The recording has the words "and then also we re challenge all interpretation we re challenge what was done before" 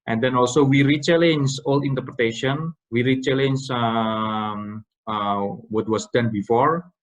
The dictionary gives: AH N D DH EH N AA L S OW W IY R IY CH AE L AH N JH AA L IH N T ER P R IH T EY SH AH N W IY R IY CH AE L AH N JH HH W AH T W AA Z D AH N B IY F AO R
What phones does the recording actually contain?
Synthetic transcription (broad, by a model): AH N D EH N AA L S OW W IY R IY CH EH L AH N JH AA L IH N T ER P R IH T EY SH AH N W IY R IY CH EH L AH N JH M W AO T W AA S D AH N B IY F AO R